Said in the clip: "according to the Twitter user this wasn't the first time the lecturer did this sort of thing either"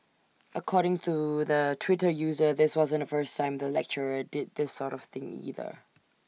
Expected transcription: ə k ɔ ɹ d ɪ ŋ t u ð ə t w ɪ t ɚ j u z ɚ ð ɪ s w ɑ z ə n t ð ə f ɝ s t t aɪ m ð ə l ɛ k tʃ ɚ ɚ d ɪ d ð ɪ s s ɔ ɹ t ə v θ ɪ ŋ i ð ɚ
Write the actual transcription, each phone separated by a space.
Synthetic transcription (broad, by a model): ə k ɔ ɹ d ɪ ŋ t u ð ə t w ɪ t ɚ j u z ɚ ð ɪ s w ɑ z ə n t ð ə f ɝ s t t aɪ m ð ə l ɛ k tʃ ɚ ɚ d ɪ d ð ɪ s s ɔ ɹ t ə v θ ɪ ŋ i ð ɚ